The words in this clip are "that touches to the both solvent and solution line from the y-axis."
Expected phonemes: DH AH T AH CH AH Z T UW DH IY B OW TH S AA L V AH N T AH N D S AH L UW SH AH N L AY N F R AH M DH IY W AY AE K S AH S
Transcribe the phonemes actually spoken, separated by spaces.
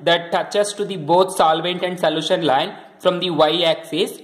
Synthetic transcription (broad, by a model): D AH T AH CH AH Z T UW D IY B OW T S AA L V AH N T AH N D S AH L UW SH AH N L AY N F R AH M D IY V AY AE K S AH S